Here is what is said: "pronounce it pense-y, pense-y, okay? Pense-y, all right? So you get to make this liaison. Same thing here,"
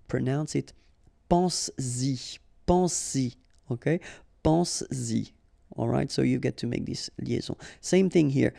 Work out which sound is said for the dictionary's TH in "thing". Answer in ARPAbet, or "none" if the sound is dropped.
TH